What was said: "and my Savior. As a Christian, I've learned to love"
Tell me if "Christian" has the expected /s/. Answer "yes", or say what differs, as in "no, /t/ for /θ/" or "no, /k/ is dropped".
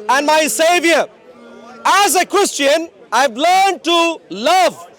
yes